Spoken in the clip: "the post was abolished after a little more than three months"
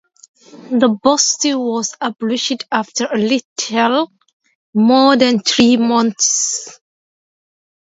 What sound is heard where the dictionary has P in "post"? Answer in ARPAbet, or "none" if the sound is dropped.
B